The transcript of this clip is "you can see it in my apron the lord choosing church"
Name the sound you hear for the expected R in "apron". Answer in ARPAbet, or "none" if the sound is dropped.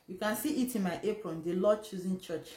R